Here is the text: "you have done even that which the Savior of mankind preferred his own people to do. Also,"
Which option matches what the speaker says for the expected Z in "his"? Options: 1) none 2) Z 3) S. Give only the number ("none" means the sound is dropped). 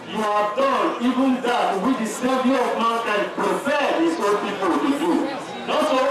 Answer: 3